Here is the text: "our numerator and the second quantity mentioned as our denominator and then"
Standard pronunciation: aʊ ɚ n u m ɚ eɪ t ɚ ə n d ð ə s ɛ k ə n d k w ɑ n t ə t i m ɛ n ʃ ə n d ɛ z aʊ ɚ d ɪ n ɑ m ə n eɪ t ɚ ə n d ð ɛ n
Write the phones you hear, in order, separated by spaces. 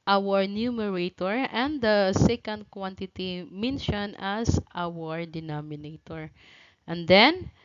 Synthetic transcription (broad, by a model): aʊ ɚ n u m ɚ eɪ t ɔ ə n d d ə s ɛ k ə n d k w ɑ n t ə t i m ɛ n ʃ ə n ɑ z aʊ ɚ d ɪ n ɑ m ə n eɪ t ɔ ə n d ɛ n